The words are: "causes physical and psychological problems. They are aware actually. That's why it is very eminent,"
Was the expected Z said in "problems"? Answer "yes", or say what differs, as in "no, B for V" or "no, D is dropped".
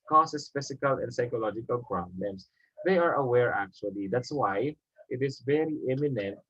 no, S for Z